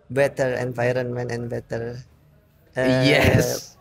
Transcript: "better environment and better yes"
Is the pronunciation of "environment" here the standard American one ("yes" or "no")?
yes